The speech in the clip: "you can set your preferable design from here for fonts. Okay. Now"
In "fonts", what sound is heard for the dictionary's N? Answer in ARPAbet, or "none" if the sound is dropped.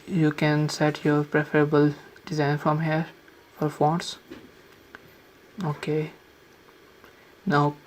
none